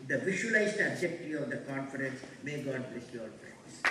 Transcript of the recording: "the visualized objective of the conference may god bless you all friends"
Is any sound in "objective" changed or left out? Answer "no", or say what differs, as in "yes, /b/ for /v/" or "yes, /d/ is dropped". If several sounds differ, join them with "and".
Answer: yes, /v/ is dropped